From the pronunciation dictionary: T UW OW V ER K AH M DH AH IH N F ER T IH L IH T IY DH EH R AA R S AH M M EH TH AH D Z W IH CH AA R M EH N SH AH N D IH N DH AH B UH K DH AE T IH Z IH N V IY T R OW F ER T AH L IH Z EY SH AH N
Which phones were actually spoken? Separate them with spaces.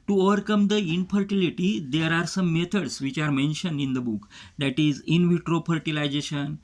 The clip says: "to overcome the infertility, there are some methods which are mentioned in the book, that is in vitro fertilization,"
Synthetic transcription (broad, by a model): T UW OW V ER K AH M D AH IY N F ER T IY L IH T IY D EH R AA R S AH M M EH T AH D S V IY CH AA R M EH N SH AH N D IH N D AH B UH K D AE T IH Z IH N V IY T R OW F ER T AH L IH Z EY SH AH N